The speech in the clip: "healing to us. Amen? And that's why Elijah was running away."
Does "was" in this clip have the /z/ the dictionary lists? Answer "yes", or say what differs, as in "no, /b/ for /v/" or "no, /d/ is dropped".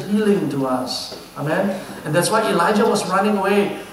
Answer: no, /s/ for /z/